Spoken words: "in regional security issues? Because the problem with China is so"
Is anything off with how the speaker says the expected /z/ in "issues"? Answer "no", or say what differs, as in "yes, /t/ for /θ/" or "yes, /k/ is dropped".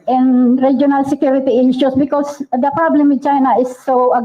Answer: yes, /s/ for /z/